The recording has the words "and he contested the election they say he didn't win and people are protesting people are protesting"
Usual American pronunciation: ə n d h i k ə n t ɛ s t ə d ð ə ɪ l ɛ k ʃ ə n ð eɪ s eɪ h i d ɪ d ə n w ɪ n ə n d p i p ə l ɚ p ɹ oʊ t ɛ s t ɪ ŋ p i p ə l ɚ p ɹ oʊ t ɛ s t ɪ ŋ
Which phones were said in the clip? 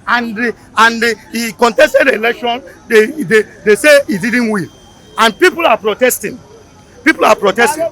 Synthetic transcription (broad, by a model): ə n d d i k ə n t ɛ s t ə d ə l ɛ k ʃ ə n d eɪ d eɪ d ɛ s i d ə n w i l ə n p i p ə l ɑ p ɹ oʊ t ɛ s t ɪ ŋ p i p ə l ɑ p ɹ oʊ t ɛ s t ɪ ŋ